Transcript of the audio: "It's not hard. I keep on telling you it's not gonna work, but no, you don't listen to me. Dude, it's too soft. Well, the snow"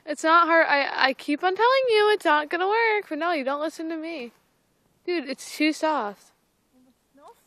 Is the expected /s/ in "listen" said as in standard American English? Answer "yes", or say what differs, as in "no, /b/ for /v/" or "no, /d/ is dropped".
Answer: yes